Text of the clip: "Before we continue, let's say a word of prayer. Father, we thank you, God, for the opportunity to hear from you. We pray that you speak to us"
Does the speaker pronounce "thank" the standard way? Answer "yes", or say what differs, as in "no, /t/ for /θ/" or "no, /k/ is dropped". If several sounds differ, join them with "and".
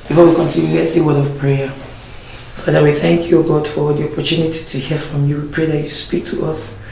yes